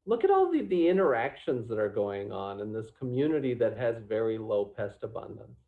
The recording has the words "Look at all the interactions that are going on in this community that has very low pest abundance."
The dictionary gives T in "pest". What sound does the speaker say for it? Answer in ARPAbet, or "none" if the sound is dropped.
T